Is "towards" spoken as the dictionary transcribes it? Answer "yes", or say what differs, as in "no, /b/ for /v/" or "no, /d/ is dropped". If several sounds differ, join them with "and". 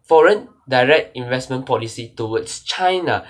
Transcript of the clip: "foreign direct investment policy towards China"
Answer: no, /w/ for /ɹ/ and /s/ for /z/